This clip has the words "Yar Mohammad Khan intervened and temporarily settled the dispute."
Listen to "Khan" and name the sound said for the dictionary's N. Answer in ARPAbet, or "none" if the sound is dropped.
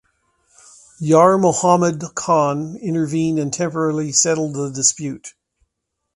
N